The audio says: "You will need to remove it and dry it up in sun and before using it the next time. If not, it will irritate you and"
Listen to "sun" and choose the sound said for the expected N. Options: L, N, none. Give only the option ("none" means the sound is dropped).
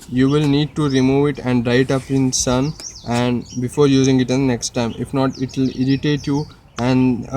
N